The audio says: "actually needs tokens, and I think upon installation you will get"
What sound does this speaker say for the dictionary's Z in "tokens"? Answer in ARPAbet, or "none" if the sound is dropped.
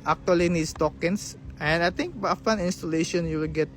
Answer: S